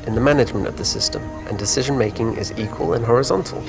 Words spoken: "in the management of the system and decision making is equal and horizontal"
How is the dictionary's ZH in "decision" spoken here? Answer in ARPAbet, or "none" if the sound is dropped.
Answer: ZH